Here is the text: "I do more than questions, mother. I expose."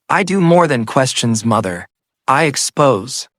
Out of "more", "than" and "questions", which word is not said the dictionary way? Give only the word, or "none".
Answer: none